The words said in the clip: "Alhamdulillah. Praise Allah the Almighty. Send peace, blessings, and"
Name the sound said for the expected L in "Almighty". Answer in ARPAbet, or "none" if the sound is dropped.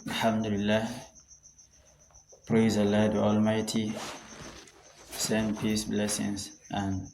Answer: L